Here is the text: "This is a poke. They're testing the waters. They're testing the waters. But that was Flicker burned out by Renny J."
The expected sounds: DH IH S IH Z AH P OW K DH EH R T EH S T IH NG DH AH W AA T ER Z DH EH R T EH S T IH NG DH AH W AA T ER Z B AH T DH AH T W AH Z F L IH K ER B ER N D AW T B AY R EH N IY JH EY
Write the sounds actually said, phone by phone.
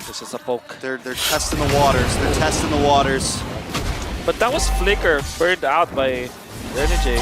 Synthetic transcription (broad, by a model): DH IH S IH Z AH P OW K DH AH R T EH S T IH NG DH AH W AA T ER Z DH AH R T EH S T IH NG DH AH W AA T ER Z B AH T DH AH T W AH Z F L IH K ER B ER D AW T B AY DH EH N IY JH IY